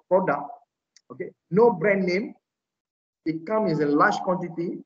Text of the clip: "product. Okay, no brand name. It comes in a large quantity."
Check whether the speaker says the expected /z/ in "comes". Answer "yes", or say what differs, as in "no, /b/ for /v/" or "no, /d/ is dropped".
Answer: no, /z/ is dropped